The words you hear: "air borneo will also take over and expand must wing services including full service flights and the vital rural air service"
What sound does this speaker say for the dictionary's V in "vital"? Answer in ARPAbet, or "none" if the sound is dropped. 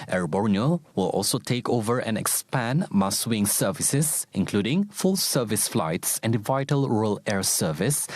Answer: V